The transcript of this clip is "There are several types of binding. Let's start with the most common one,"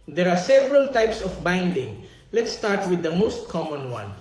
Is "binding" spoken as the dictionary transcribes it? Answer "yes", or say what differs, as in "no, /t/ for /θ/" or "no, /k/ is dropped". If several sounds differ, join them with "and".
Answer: yes